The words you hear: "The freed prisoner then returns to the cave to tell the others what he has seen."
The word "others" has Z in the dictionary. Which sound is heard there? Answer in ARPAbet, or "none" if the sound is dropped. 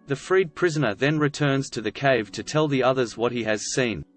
Z